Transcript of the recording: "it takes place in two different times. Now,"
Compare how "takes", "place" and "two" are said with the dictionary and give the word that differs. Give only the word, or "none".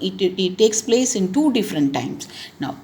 none